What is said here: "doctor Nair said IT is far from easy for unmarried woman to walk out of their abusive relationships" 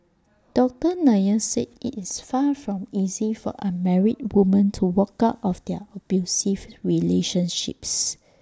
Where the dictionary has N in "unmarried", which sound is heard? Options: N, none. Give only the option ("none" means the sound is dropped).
none